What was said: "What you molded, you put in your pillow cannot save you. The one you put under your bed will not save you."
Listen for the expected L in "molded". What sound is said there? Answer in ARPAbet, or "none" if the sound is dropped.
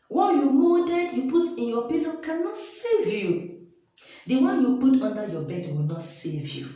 none